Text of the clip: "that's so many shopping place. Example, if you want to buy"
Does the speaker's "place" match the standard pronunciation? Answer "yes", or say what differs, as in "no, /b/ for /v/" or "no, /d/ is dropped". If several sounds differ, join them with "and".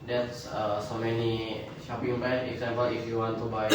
no, /l/ is dropped